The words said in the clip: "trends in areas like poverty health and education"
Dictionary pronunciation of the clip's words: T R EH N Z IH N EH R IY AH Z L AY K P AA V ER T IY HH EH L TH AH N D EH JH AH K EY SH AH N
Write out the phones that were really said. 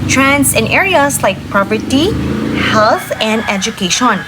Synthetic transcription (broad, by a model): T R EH N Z IH N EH R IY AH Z L AY K P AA P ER T IY HH EH L TH AH N D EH JH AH K EY SH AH N